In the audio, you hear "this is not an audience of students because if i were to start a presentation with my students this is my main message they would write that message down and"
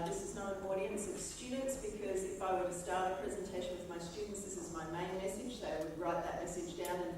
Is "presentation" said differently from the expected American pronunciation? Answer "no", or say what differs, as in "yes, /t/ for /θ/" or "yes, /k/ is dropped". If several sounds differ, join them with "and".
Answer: no